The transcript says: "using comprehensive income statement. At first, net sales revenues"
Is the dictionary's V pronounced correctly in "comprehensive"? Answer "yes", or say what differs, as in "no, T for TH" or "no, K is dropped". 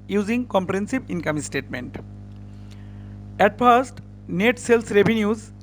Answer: no, B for V